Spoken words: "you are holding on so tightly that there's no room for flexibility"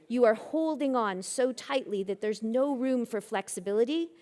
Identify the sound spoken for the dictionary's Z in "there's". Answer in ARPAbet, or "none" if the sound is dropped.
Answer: Z